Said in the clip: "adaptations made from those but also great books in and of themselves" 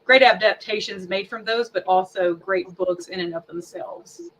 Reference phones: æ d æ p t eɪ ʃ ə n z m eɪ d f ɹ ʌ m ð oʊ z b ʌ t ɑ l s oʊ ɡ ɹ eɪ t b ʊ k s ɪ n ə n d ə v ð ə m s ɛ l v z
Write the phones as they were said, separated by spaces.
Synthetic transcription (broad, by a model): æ d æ p t eɪ ʃ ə n z m eɪ d f ɹ ʌ m ð oʊ z b ʌ t ɑ l s oʊ ɡ ɹ eɪ t b ʊ k s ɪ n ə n ə v ð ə m s ɛ l v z